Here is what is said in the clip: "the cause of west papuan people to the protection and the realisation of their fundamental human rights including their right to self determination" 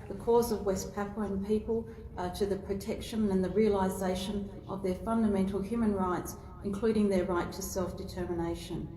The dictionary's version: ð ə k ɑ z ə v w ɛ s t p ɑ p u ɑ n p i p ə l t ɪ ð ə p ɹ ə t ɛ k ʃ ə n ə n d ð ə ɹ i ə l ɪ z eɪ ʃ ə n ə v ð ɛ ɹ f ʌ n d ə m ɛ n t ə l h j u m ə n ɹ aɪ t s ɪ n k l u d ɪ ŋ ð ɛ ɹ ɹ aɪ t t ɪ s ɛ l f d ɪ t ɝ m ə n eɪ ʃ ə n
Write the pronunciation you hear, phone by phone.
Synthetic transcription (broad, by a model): ð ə k ɑ z ə v w ɛ s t p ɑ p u n p i p ə l t ɪ ð ə p ɹ ə t ɛ k ʃ ə n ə n ð ə ɹ i ə l ɪ z eɪ ʃ ə n ə v ð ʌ ɹ f ʌ n d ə m ɛ n t l h j u m ə n ɹ aɪ t s ɪ n k l u d ɪ ŋ ð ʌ ɹ ɹ aɪ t t ɪ s ɛ l f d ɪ t ɝ m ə n eɪ ʃ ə n